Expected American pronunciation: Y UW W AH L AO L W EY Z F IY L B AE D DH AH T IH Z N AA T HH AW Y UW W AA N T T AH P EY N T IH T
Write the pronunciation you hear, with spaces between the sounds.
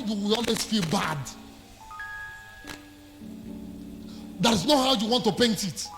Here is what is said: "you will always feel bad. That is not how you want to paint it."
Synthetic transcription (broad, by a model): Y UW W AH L AO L W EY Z F IY L B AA D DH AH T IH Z N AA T HH AW Y UW W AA N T T AH P EY N T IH T